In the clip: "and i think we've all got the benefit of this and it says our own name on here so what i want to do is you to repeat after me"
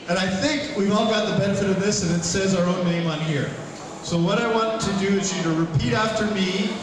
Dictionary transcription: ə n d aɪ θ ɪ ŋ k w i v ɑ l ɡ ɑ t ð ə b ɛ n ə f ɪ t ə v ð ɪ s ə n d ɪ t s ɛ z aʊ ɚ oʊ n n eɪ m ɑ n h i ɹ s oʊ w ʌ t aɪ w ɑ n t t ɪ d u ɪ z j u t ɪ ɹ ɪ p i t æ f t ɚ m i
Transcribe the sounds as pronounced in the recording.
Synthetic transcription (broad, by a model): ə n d aɪ θ ɪ ŋ k w i v ɑ l ɡ ɑ t ð ə b ɛ n ə f ɪ t ə v ð ɪ s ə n ɪ t s ɛ z aʊ ɚ oʊ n n eɪ m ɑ n h i ɹ s oʊ w ʌ t aɪ w ɑ n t t ɪ d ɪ ɪ z j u t ɪ ɹ ɪ p i t æ f t ɚ m i